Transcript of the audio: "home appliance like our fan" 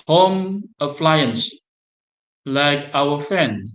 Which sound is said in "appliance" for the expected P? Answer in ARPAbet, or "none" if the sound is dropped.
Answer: F